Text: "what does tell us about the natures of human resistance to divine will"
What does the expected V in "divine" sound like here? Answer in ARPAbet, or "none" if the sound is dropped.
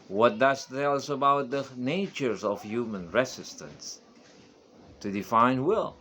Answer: F